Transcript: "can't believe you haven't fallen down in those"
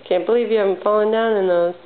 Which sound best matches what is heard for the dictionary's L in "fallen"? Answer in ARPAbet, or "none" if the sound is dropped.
L